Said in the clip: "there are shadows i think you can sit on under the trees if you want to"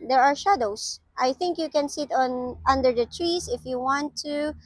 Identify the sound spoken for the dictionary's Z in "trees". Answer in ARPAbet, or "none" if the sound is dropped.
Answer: S